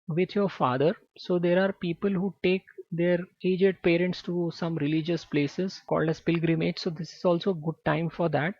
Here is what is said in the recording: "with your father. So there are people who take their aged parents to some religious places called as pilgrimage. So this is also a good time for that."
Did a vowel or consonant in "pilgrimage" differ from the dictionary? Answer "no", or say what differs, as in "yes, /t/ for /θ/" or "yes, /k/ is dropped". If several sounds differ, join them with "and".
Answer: no